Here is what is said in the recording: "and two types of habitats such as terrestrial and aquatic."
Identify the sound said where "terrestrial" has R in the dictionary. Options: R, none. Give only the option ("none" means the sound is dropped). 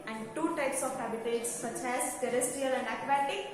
none